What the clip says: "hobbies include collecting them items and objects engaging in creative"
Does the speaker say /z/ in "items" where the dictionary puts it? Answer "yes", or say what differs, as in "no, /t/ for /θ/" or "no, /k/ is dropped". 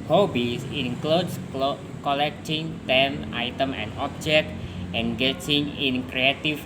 no, /z/ is dropped